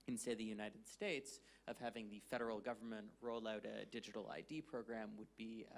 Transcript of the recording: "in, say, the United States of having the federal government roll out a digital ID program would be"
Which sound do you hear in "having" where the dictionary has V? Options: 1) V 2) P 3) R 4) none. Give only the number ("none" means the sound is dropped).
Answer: 1